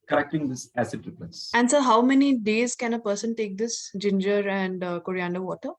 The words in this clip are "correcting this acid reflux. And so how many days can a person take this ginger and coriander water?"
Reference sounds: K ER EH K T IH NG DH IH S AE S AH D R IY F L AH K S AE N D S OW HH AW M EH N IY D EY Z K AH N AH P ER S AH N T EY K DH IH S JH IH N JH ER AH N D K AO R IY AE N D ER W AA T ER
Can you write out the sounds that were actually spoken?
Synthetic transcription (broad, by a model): K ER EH K T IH NG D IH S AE S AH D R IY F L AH S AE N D S OW HH AW M EH N IY D EY Z K AH N AH P ER S AH N T EY K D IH S JH IH N JH ER AH N D K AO R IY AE N D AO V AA T ER